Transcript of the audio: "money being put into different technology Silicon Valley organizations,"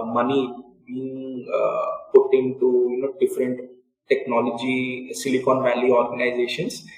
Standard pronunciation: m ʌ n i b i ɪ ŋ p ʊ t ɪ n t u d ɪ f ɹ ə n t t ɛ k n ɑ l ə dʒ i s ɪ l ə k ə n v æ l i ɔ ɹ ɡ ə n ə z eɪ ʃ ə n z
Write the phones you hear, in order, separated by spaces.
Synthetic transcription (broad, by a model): m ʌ n i b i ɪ ŋ p ʊ t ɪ n t u d ɪ f ɹ ə n t t ɛ k n ɑ l ə dʒ i s ɪ l ə k ə n v æ l i ɔ ɹ ɡ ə n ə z eɪ ʃ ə n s